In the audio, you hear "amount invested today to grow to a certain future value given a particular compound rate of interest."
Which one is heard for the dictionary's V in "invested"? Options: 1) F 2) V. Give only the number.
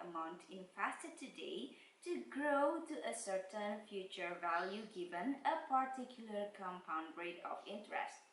1